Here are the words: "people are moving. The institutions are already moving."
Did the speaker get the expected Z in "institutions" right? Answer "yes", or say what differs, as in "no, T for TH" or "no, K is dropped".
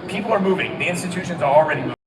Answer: yes